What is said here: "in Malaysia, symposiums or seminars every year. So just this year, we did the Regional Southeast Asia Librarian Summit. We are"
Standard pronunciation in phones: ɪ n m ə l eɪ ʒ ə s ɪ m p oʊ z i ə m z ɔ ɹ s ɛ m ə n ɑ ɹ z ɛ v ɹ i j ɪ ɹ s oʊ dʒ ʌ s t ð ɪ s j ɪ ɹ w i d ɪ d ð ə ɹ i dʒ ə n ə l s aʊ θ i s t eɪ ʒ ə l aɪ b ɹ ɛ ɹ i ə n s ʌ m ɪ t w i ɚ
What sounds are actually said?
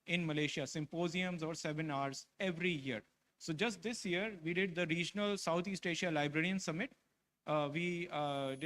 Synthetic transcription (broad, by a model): ɪ n m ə l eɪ ʃ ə s ɪ m p oʊ z i ə m z ɔ ɹ s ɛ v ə n ɑ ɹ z ɛ v ɹ i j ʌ ɹ s oʊ dʒ ʌ s t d ɪ s j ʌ ɹ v i d ɪ d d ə ɹ i dʒ n ə l s aʊ t i s t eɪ ʃ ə l aɪ b ɹ ɛ ɹ i ə n s ʌ m ɪ t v i